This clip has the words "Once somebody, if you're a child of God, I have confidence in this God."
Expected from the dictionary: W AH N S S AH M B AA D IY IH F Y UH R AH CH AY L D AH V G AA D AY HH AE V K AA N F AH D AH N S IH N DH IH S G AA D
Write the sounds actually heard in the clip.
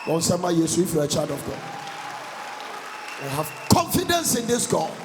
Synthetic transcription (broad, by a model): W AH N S S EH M AA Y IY IH F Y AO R AH CH AY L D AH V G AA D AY HH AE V K AA N F AH D AH N S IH N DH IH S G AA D